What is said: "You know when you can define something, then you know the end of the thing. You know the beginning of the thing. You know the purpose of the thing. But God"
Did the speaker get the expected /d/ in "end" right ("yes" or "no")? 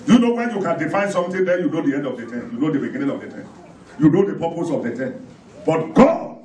yes